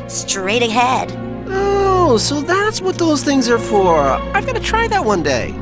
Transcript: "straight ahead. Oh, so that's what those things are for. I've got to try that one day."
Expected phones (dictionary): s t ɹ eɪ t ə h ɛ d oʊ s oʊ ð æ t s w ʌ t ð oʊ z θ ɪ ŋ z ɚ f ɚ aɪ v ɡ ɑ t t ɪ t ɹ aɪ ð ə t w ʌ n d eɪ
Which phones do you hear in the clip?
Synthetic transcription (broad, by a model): s t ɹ eɪ t ə h ɛ d oʊ s oʊ ð æ t s w ʌ t ð oʊ z θ ɪ ŋ z ɚ f ɚ aɪ v ɡ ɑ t t ɪ t ɹ aɪ ð ə t w ʌ n d eɪ